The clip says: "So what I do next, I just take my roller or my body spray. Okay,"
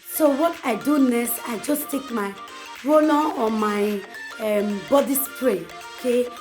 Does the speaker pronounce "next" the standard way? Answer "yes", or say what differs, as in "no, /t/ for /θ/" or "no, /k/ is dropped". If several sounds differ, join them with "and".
no, /k/ is dropped